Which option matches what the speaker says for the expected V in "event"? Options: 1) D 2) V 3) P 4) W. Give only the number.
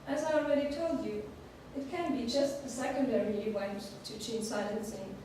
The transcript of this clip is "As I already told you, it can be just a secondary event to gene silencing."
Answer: 4